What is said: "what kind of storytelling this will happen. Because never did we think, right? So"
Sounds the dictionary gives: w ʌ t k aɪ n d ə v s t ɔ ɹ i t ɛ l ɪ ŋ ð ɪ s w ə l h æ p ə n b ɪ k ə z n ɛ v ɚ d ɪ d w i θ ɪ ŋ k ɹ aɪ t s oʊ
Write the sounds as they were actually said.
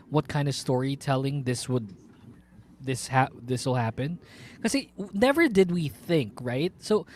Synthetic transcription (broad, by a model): w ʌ t k aɪ n d ə v s t ɔ ɹ i t ɛ l ɪ ŋ ð ɪ s w ə l h æ p ə n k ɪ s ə n ɛ v ɚ d ɪ d w i θ ɪ ŋ k ɹ aɪ t s oʊ